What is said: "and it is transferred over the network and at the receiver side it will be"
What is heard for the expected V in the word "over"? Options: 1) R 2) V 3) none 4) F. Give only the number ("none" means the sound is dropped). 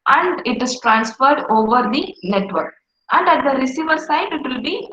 2